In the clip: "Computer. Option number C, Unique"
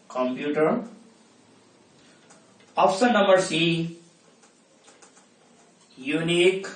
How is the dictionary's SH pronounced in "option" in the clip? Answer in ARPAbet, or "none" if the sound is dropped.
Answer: S